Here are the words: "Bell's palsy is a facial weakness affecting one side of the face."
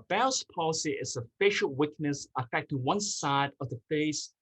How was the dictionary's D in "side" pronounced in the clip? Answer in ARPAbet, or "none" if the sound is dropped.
D